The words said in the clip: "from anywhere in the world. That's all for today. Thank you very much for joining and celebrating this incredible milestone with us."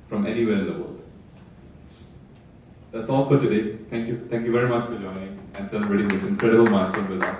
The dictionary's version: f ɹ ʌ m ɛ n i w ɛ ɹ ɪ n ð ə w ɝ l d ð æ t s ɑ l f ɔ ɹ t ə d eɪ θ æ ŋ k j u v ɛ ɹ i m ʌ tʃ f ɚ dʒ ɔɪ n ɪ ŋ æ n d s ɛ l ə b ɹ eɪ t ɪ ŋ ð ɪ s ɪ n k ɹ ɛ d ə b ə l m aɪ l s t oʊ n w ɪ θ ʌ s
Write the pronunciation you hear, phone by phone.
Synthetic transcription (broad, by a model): f ɹ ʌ m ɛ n i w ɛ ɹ ɪ n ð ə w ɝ l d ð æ t s ɑ l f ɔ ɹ t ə d eɪ t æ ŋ k j u v ɛ ɹ i m ʌ tʃ f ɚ dʒ ɔɪ n ɪ ŋ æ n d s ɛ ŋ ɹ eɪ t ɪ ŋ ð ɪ s ɪ n k ɹ ɛ d ə b ə l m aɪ s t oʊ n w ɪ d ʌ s